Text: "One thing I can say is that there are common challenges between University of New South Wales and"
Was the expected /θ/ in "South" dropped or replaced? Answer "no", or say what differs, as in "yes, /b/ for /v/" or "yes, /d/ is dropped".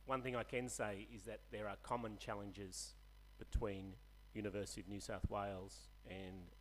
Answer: no